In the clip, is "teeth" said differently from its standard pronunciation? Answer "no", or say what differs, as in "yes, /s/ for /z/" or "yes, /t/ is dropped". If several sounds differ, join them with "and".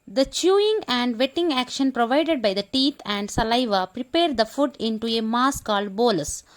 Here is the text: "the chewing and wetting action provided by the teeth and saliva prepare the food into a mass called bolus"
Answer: yes, /t/ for /θ/